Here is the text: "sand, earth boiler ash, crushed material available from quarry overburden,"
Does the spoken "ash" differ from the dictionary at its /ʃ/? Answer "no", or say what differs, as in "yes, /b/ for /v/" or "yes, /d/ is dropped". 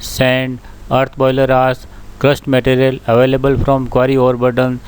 yes, /s/ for /ʃ/